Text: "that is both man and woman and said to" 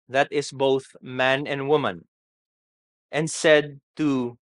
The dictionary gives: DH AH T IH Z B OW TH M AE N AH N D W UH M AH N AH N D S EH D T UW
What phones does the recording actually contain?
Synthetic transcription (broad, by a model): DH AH T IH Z B OW TH M AE N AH N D W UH M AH N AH N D S EH D T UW